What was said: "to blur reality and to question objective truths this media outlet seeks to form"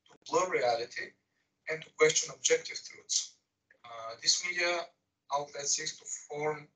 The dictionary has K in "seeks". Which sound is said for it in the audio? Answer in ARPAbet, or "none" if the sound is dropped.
none